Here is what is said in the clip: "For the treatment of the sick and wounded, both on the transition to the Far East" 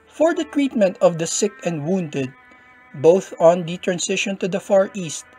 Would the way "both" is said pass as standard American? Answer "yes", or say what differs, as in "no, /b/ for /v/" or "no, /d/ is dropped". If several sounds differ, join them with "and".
yes